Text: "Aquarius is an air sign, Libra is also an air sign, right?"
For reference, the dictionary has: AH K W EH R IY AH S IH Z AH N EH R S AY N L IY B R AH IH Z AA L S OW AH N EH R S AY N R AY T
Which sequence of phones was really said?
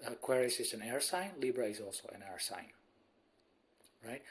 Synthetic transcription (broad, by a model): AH K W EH R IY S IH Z AH N EH R S AY N L IY B R AH IH Z AA L S OW AH N EH R S AY N R AY T